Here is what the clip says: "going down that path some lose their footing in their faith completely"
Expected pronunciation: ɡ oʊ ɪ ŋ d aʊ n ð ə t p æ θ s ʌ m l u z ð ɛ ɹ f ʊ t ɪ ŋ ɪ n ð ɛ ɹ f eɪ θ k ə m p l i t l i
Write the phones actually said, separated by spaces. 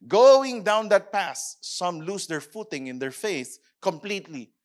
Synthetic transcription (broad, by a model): ɡ oʊ ɪ ŋ d aʊ n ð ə t p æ s s ʌ m l u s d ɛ ɹ f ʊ t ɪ ŋ ɪ n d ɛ ɹ f eɪ s k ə m p l i t l i